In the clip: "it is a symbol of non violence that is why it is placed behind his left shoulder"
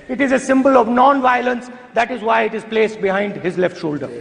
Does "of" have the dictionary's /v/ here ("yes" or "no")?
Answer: yes